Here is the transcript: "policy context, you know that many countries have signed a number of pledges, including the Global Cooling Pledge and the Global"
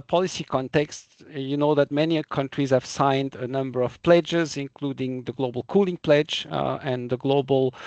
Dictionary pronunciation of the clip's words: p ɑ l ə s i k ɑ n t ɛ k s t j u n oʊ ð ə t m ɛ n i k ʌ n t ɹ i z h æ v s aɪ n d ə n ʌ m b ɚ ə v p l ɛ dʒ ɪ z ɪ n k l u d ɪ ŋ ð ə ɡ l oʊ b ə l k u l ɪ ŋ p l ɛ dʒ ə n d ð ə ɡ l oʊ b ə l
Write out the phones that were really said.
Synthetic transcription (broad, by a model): p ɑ l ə s i k ɑ n t ɛ k s t j u n oʊ ð ə t m ɛ n i k ʌ n t ɹ i z h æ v s aɪ n d ə n ʌ m b ɚ ə v p l ɛ dʒ ɪ z ɪ n k l u d ɪ ŋ ð ə ɡ l oʊ b ə l k u l ɪ ŋ p l ɛ dʒ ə n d ð ə ɡ l oʊ b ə l